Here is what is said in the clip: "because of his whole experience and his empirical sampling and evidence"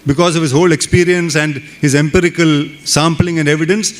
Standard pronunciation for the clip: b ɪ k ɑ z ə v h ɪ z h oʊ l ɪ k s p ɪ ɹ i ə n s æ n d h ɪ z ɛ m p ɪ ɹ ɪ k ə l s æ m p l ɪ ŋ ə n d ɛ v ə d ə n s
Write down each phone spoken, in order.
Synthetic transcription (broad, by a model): b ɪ k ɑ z ə v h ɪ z h oʊ l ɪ k s p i ɹ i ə n s æ n d h ɪ z ɛ m p ɪ ɹ ɪ k ə l s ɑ m p l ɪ ŋ ə n d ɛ v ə d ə n s